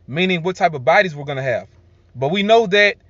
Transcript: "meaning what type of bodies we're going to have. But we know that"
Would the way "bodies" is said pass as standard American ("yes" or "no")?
yes